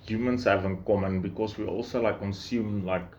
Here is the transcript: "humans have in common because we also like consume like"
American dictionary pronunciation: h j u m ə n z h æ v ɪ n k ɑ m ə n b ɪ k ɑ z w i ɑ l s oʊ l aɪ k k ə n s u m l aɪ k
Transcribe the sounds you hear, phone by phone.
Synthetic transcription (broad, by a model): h j u m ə n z h æ v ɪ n k ɑ m ə n b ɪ k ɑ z w i ɑ l s oʊ l aɪ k k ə n s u m l aɪ k